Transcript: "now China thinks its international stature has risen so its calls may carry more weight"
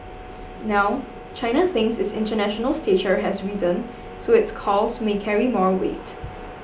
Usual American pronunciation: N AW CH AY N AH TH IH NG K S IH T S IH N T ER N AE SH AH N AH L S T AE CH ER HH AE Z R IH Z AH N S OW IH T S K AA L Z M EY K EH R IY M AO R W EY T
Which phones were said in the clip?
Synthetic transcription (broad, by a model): N AW CH AY N AH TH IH NG S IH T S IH N T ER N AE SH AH N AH L S T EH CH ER HH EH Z R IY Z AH N S OW IH T S K AA L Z M EY K EH R IY M AO R W EY T